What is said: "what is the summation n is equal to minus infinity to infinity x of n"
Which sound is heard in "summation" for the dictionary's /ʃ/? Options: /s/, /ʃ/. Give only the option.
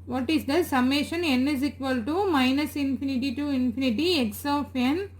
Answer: /ʃ/